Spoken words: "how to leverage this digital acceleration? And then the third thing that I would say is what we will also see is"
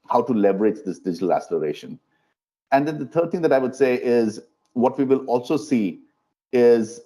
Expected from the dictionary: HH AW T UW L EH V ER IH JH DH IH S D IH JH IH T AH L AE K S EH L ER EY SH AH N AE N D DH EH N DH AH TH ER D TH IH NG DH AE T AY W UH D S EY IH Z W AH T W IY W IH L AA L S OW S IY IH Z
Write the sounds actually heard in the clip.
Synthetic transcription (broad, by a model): HH AW T UW L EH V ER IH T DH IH S D IH JH IH T AH L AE S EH L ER EY SH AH N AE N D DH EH N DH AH T ER D T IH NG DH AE T AY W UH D S EY IH Z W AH T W IY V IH L AA L S OW S IY IH Z